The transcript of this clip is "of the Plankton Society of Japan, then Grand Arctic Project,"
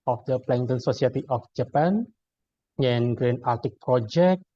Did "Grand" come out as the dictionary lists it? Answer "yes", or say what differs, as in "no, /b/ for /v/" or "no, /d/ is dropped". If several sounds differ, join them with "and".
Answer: no, /d/ is dropped